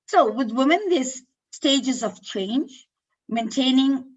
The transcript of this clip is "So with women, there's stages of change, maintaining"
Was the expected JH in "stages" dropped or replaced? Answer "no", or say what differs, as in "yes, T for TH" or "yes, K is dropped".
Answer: no